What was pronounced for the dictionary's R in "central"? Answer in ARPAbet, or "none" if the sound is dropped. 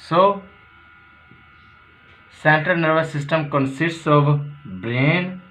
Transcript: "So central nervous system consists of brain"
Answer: none